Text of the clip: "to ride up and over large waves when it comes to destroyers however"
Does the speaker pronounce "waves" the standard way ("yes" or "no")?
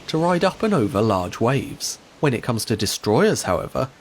yes